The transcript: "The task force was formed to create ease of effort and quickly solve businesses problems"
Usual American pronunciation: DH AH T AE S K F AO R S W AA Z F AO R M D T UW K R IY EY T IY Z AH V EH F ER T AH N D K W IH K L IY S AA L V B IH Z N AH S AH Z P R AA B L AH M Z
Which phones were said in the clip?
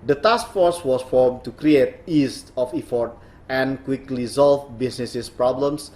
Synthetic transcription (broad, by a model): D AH T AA S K F AO R S W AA S F AO R M T UW K R IY EY T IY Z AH F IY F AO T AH N K W IH K L IY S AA L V B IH S N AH S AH S P R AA B L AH M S